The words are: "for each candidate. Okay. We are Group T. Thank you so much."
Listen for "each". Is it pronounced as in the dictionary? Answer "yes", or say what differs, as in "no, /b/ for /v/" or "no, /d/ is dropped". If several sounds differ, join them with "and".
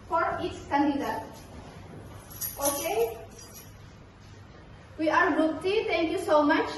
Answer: no, /s/ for /tʃ/